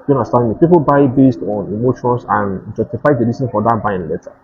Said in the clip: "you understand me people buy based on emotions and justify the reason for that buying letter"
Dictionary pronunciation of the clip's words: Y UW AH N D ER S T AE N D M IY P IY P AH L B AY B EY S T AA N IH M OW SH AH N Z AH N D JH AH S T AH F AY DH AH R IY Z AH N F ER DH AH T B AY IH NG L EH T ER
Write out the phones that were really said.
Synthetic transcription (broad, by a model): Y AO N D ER S T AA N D M IY P IY P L B AY B EY S T AA N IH M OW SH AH N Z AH N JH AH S T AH F AY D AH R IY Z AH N F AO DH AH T B AY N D L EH T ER